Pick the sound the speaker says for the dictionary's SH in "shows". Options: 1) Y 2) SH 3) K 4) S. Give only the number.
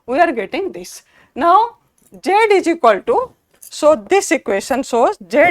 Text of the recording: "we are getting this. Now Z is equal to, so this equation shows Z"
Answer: 4